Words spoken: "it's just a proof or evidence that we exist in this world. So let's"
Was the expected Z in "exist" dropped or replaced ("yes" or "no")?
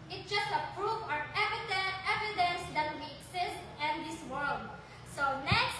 yes